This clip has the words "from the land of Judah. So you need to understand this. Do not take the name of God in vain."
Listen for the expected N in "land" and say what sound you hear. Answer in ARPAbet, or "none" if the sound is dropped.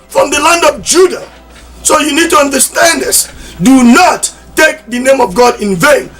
N